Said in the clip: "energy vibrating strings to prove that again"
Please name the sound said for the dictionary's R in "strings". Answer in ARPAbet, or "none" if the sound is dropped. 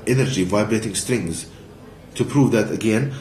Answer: R